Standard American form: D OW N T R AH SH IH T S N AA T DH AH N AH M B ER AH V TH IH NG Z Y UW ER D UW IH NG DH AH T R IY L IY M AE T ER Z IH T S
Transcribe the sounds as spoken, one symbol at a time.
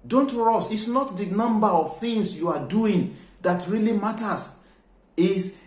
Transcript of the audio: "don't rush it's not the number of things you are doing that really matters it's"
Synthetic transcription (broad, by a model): D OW N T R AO S IH T S N AA T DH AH N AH M B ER AH V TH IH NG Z Y UW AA D UW IH NG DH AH T R IY L IY M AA T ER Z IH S